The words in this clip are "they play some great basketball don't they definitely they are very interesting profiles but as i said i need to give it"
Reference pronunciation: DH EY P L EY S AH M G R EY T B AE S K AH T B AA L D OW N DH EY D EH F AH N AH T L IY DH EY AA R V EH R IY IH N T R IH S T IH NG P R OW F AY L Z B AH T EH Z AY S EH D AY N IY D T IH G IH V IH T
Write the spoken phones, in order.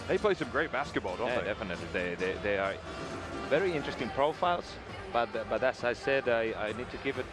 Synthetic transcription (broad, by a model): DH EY P L EY S AH M G R EY T B AE S K AH T B AA L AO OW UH D EH F AH N AH T L IY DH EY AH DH V EH R IY IH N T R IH S T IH NG P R OW F AY L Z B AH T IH S AY S EH D AY N IY D T IH G IH V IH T